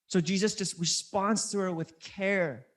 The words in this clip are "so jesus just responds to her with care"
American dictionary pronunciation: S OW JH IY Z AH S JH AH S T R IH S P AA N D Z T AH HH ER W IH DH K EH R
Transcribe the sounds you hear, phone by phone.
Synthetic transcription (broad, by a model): S OW JH IY Z AH S JH AH S T R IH S P AA N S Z T AH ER W IH DH K EH R